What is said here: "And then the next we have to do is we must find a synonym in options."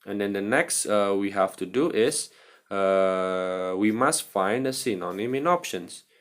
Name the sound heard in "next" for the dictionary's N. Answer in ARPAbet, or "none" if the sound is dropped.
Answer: N